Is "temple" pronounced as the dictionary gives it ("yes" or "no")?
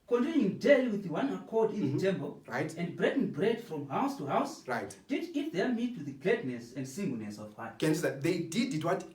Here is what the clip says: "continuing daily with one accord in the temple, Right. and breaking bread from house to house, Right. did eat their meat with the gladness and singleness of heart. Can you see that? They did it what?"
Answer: no